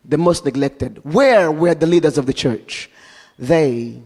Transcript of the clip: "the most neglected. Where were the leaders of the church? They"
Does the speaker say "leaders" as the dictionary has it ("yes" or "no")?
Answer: yes